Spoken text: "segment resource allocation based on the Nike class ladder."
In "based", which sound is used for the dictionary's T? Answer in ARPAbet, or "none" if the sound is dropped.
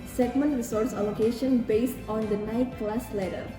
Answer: T